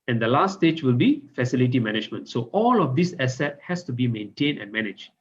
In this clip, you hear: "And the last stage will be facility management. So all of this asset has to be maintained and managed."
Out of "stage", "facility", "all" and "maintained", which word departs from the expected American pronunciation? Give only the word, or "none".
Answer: maintained